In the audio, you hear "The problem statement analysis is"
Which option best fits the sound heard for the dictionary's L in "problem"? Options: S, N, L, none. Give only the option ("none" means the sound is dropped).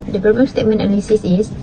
none